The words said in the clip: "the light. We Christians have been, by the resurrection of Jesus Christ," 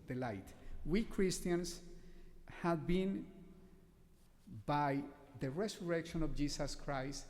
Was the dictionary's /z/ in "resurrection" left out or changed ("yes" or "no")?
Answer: yes